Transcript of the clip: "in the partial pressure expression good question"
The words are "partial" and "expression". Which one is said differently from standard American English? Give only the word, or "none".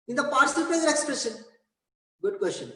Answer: partial